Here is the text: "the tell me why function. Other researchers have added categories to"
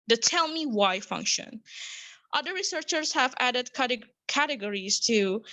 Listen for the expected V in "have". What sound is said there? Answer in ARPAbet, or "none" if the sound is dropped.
V